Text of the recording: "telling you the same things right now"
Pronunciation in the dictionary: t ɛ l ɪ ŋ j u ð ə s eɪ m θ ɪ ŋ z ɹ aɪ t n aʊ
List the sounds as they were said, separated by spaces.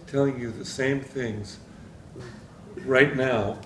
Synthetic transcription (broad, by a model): t ɛ l ɪ ŋ j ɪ ð ə s eɪ m θ ɪ ŋ z ɹ aɪ t n aʊ